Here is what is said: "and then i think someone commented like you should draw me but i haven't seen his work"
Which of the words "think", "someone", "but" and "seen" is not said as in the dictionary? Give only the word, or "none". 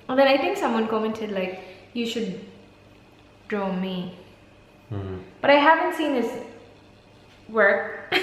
none